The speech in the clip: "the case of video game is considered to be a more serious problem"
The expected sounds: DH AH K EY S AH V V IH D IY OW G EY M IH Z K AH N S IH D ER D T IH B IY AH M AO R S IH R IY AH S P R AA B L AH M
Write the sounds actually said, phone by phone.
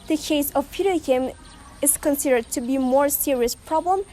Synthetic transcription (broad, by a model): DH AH K EY S AH V P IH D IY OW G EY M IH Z K AH N S IH D ER D T IH B IY M AO R S IH R IY AH S P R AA B L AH M